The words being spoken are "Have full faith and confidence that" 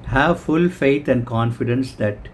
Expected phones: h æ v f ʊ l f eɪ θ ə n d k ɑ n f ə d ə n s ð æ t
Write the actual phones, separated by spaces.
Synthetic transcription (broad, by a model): h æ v f ʊ l f eɪ t ə n d k ɑ n f ə d ə n s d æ t